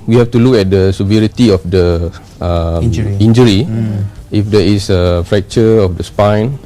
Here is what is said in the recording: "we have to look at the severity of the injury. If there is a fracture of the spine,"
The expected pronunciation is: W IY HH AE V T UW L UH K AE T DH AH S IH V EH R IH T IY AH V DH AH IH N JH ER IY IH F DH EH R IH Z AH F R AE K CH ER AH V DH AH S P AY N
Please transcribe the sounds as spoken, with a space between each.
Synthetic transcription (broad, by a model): W IY HH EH F T UW L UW K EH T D AH S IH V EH R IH T IY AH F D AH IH N JH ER IY IH F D EH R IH S AH F R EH K CH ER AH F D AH S P AY N